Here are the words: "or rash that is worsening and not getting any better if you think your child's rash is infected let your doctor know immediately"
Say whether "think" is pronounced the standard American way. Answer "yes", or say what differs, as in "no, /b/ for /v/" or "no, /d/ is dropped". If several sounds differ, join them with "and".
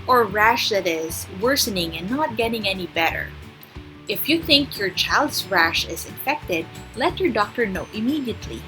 yes